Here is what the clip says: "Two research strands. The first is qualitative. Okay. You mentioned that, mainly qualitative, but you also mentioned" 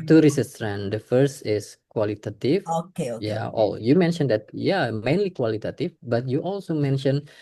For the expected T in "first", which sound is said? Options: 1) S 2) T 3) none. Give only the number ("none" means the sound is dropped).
2